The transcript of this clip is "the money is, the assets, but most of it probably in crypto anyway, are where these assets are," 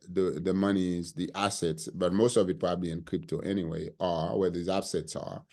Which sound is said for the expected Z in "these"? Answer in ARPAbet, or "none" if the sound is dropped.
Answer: Z